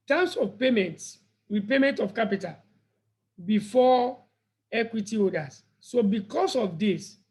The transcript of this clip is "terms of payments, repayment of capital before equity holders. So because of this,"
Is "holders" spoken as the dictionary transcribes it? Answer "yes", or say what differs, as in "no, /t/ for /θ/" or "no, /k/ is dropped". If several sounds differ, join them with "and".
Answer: no, /l/ is dropped